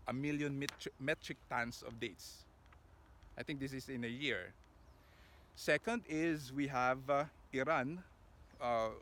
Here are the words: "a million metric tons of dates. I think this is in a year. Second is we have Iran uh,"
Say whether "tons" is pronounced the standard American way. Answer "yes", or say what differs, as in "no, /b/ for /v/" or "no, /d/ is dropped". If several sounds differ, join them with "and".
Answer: no, /s/ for /z/